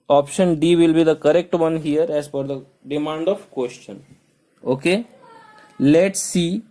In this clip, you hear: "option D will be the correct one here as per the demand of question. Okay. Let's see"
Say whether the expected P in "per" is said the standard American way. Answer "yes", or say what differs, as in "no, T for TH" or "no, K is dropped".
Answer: no, F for P